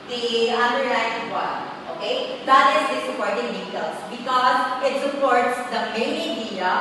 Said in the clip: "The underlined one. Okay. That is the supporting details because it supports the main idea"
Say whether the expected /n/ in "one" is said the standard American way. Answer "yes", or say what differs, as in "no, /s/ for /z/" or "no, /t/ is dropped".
no, /n/ is dropped